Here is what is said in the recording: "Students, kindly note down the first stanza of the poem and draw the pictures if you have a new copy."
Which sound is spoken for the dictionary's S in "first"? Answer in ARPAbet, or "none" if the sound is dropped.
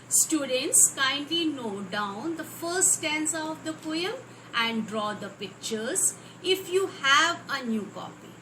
none